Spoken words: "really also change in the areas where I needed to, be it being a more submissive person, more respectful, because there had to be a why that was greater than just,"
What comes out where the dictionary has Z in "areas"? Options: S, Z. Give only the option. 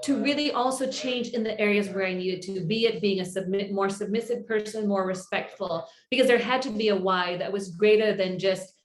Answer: Z